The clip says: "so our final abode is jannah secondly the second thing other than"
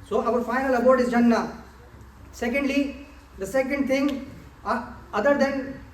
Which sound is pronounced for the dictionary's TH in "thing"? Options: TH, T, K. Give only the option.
T